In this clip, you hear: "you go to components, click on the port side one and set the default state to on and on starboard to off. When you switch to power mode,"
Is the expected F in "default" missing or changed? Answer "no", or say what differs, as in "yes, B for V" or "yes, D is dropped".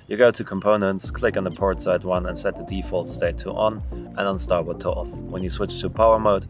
no